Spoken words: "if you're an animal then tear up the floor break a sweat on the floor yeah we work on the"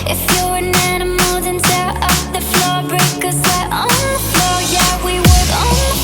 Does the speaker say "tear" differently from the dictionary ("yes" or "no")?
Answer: yes